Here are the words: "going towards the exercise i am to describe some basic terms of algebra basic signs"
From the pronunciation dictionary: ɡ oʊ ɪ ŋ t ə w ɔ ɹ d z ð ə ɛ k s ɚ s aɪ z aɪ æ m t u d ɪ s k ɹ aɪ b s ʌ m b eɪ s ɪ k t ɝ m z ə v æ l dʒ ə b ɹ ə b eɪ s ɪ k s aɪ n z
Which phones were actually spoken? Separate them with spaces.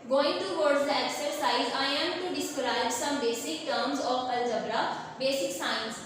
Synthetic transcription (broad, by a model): ɡ oʊ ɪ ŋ t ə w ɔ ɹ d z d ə ɛ k s ɚ s aɪ z aɪ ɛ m t u d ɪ s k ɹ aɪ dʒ s ʌ m b eɪ s ɪ k t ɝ m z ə p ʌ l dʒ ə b ɹ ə b eɪ s ɪ k s aɪ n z